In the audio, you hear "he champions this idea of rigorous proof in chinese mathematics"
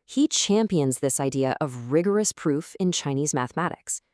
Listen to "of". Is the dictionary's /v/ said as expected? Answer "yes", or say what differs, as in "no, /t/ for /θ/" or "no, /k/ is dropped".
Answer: yes